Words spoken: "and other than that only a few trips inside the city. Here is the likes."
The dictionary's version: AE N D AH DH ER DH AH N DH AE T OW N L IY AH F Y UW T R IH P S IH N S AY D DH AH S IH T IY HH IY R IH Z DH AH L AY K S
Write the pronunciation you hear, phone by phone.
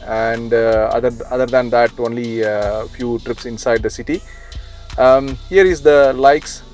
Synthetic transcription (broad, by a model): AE N D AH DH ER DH AH N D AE T OW N L IY F Y UW T R IH P S IH N S AY D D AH S IH T IY HH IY R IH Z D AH L AY K S